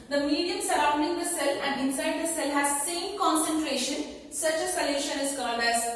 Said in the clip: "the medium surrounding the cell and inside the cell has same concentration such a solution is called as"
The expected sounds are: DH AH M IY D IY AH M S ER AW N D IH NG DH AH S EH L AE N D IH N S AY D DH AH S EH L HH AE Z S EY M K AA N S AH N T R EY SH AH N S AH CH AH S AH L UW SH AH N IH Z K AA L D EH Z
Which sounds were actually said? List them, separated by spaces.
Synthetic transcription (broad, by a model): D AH M IY D IY AH M S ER AW N D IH NG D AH S EH L AE N D IH N S AY D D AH S EH L HH AE Z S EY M K AA N S AH N T R EY SH AH N S AH CH AH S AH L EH SH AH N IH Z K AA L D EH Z